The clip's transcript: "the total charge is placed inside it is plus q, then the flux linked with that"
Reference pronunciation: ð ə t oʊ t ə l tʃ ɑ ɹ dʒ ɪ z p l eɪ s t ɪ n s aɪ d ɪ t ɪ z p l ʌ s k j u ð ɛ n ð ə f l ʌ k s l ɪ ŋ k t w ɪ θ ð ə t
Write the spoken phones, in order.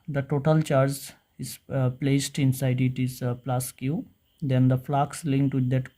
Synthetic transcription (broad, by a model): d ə t oʊ t ə l tʃ ɑ ɹ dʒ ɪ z p l eɪ s t ɪ n s aɪ d ɪ t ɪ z p l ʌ s k j u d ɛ n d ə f l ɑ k s l ɪ ŋ k t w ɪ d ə t